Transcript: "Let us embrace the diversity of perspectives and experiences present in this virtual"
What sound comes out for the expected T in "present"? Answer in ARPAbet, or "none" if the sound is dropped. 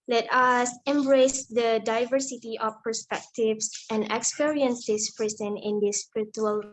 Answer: none